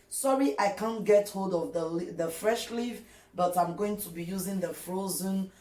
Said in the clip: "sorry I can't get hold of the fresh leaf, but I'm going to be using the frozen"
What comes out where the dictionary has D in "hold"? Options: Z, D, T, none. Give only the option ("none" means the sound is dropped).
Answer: D